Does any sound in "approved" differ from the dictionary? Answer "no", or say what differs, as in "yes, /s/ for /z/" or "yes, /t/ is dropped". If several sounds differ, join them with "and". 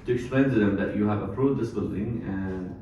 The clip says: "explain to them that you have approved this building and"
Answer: yes, /v/ is dropped